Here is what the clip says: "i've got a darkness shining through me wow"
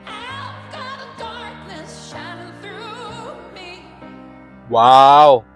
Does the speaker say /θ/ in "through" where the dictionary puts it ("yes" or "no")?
yes